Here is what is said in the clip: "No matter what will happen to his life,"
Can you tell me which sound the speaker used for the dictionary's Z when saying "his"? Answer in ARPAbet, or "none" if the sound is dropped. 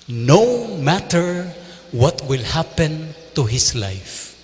S